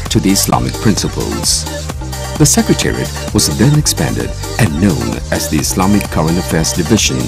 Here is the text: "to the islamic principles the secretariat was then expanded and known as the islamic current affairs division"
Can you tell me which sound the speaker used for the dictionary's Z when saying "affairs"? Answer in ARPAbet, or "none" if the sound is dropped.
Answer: Z